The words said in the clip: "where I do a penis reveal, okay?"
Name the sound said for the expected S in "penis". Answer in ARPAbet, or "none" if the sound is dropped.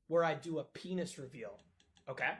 S